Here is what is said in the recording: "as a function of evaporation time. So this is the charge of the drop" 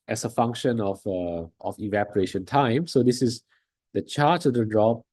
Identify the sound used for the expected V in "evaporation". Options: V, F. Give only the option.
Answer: V